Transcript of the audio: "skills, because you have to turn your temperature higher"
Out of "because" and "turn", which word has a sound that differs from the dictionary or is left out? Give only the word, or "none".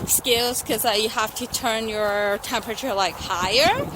because